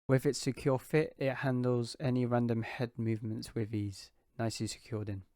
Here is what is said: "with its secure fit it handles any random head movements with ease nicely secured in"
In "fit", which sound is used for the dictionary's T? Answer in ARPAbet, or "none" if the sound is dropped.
T